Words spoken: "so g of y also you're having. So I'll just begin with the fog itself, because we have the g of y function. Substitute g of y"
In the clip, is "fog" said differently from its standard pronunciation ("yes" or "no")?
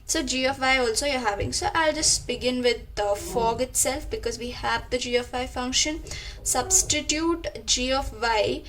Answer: no